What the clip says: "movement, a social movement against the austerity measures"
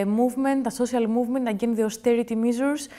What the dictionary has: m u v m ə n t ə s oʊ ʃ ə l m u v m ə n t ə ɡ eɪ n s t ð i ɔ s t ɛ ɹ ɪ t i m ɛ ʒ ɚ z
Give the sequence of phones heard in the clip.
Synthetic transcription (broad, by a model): m u v m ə n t ə s oʊ s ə l m u v m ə n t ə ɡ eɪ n ð i ɔ s t ɛ ɹ ɪ t i m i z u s